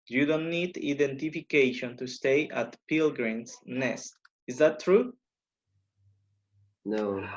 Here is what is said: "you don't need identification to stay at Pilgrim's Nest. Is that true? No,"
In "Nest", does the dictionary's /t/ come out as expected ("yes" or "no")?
yes